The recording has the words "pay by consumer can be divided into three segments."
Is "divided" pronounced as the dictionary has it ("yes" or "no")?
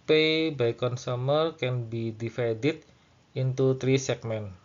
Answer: no